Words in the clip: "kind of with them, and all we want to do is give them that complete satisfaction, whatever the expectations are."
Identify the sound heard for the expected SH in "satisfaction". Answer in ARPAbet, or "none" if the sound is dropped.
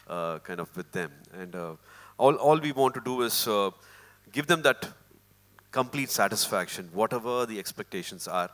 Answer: SH